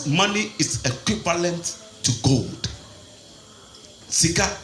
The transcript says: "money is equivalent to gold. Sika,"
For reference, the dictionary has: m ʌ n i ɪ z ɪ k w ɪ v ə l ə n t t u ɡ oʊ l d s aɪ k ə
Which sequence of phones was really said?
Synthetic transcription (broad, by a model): m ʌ n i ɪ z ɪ k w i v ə l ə n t t u ɡ oʊ l d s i k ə